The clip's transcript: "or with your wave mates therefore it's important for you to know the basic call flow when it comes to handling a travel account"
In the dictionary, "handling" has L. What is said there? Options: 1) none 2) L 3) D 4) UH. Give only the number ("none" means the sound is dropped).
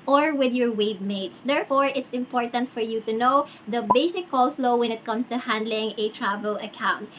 2